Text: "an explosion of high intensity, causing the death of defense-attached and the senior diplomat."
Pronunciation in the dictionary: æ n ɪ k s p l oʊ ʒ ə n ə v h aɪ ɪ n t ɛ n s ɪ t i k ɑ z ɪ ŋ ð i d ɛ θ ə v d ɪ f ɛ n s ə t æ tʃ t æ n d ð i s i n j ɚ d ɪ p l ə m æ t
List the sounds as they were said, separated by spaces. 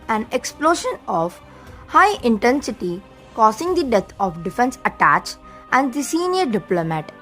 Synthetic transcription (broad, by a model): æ n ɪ k s p l oʊ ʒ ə n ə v h aɪ ɪ n t ɛ n s ɪ t i k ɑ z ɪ ŋ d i d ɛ t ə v d ɪ f ɛ n s ə t æ tʃ t æ n d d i s i n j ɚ d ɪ p l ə m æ t